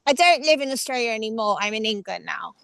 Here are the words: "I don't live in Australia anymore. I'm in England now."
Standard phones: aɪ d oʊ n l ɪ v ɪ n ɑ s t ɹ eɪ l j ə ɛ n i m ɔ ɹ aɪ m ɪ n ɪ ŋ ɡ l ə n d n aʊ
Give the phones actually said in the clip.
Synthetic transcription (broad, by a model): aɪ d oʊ n l ɪ v ɪ n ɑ s t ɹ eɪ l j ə ɛ n i m ɔ ɹ aɪ m ɪ n ɪ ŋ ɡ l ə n n aʊ